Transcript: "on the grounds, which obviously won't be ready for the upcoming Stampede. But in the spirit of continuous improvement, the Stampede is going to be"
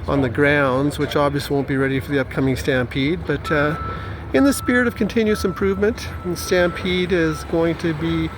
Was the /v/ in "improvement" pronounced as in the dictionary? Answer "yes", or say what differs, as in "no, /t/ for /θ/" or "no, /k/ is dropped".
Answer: yes